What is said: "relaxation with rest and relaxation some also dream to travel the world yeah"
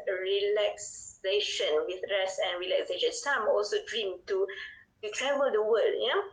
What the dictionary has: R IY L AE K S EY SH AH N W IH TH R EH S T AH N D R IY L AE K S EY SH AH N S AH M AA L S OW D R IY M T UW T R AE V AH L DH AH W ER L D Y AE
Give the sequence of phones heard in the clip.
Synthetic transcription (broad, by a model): R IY L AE K S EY SH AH N W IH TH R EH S AH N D R IY L AE K S EY SH AH N S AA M AA L S OW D R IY M T UW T R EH V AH L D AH W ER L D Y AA